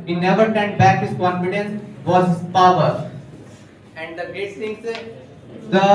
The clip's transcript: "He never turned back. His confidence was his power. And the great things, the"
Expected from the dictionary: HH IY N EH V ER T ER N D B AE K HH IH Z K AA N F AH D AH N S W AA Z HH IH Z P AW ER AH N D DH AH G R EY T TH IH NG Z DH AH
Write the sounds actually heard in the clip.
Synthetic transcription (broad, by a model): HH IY N EH V ER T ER N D B AE K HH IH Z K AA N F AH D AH N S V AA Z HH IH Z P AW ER AH N D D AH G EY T S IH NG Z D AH